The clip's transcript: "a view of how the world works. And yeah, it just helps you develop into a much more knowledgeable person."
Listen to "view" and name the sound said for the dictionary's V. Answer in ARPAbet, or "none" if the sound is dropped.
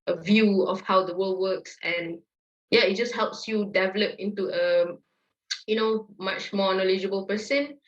V